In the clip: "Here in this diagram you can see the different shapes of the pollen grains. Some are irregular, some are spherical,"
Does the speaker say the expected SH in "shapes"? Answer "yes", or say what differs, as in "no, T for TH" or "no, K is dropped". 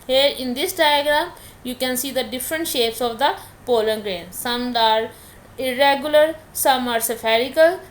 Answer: yes